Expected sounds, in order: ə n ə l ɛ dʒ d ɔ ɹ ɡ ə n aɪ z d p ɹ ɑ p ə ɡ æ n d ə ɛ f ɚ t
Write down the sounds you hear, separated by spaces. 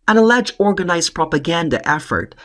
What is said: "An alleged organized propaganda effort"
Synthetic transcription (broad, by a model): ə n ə l ɛ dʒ ɔ ɹ ɡ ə n aɪ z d p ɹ ɑ p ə ɡ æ n d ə ɛ f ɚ t